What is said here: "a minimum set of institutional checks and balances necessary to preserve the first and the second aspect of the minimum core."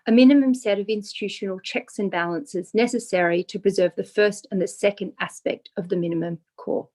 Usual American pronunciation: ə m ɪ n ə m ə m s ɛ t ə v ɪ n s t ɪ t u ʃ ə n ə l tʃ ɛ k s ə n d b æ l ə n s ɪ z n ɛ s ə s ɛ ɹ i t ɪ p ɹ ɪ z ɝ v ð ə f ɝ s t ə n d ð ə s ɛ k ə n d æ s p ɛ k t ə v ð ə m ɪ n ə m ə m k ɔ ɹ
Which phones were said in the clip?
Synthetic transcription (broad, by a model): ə m ɪ n ə m ə m s ɛ t ə v ɪ n s t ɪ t u ʃ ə n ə l tʃ ɛ k s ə n b æ l ə n s ɪ z n ɛ s ə s ɛ ɹ i t ɪ p ɹ ɪ z ɝ v ð ə f ɝ s t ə n ð ə s ɛ k ə n d æ s p ɛ k t ə v ð ə m ɪ n ə m ə m k ɔ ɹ